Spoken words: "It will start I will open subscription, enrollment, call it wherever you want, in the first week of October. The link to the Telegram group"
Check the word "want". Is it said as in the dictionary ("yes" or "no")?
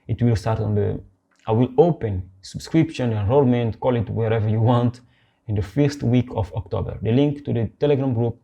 yes